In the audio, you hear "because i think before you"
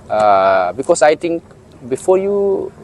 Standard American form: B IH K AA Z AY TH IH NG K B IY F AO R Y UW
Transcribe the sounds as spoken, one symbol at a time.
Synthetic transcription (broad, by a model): B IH K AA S AY T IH NG K B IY F AO Y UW